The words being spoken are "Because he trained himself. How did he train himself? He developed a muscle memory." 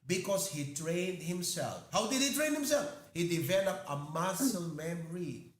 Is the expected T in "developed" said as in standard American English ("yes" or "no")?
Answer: no